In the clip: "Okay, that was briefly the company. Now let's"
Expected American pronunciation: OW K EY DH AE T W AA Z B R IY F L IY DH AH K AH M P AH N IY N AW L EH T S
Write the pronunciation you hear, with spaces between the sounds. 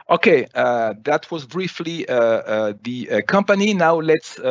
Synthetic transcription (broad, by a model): OW K EY DH AE T W AA Z B R IY F L IY DH AH K AH M P AH N IY N AW L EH T S